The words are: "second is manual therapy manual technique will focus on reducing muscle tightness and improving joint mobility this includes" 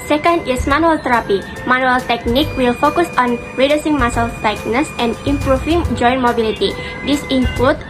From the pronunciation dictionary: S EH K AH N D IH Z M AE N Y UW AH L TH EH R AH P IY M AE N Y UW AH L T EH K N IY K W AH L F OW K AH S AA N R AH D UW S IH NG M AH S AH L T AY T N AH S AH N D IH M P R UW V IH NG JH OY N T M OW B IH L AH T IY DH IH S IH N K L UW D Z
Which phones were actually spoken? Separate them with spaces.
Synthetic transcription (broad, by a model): S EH K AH N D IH S M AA N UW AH L T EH R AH P IY M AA N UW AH L T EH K N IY K W AH L F OW K AH S AA N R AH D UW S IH NG M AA S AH L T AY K N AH S AH N D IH M P R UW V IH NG JH OY N M OW B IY L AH T IY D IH S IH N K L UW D